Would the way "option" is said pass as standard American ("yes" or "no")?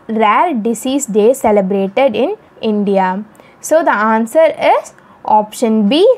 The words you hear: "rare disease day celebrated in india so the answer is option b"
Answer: yes